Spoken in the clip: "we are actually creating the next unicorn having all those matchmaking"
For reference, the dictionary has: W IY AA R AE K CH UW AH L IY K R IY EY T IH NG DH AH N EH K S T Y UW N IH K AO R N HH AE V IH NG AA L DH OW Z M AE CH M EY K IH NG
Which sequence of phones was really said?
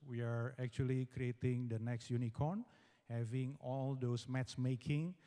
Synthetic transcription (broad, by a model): W IY AA R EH K CH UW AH L IY K R IY EY T IH NG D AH N EH K S T Y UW N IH K AO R N HH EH V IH NG AA L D OW S M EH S M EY K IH NG